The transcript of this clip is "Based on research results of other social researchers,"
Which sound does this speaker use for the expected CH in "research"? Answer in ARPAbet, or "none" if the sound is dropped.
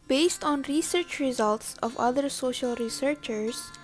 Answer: CH